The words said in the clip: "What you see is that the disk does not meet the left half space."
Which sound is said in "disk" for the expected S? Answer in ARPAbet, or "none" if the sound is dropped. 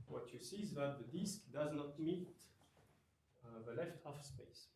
S